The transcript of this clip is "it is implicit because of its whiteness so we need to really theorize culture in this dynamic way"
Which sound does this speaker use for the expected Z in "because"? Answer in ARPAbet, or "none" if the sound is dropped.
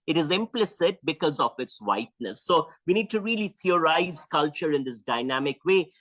Z